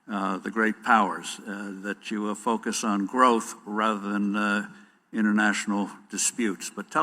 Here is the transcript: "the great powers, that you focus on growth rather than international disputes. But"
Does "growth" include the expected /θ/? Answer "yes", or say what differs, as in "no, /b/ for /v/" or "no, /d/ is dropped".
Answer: yes